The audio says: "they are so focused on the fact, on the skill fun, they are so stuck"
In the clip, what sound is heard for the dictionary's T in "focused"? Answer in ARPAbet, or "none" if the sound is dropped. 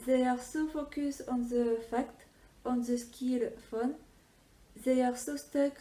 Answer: none